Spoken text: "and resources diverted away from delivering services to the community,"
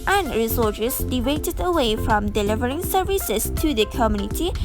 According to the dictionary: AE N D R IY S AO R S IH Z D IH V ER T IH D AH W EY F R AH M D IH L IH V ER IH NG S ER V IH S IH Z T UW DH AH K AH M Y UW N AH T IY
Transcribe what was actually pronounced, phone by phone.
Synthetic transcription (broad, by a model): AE N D R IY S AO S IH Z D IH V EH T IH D AH W EY F R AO M D IH L IH V ER IH NG S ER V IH S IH S T UW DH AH K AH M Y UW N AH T IY